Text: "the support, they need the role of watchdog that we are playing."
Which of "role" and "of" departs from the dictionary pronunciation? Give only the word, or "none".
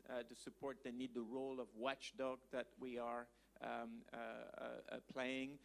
none